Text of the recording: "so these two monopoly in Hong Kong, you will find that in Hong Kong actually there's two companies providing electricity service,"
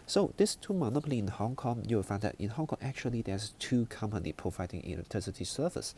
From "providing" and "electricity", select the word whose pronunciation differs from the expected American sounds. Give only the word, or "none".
electricity